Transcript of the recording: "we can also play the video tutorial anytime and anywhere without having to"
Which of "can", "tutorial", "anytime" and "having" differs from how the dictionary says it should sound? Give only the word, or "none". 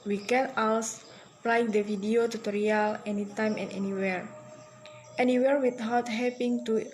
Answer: having